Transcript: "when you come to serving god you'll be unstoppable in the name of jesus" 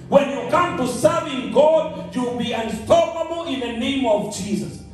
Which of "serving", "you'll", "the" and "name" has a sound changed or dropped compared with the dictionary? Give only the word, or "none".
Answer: you'll